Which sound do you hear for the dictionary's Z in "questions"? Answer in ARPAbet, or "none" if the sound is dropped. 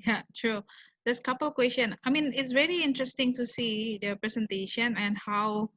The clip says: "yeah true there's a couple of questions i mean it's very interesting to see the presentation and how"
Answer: none